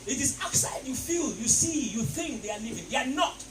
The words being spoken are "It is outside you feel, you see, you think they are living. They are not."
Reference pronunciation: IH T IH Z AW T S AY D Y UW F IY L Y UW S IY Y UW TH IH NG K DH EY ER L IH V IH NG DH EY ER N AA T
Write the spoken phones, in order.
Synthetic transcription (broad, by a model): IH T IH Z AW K S AY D Y UW F IY L Y UW S IY Y UW TH IH NG K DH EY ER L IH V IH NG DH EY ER N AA T